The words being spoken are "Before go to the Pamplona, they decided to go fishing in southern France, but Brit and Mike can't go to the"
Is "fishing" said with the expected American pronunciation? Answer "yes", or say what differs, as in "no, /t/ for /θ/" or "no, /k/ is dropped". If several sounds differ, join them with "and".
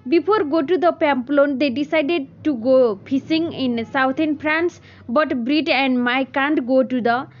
no, /p/ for /f/ and /s/ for /ʃ/